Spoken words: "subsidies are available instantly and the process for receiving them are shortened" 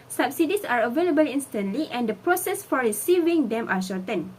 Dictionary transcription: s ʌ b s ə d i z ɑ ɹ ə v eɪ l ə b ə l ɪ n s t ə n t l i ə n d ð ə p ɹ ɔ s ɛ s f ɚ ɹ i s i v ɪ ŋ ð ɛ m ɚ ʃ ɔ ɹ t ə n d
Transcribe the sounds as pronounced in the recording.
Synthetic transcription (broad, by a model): s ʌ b s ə d i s ɑ ɹ ə v eɪ l ə b ə l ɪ n s t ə n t l i ə n d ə p ɹ ɔ s ɛ s f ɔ ɹ i s i v ɪ ŋ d ɛ m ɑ ʃ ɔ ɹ t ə n